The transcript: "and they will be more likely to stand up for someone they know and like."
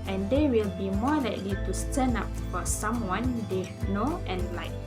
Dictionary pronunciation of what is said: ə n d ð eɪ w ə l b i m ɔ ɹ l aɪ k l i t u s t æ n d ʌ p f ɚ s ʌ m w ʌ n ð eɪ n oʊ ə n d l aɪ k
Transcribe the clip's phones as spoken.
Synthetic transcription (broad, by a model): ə n d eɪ w ə l b i m ɔ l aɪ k l i t u s t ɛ n ɑ p f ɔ s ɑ m w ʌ n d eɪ n oʊ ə n l aɪ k